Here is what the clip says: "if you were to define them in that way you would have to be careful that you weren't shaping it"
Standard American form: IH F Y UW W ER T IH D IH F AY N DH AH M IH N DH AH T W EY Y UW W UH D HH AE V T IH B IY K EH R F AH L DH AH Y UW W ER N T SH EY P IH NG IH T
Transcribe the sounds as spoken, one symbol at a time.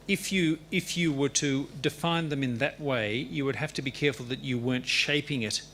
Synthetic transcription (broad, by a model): IH F Y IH W ER T IH D IH F AY N DH AH M IH N DH AH T W EY Y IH W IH D HH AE F T IH B IY K EH R F L DH AH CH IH W ER N T SH EY P IH NG IH T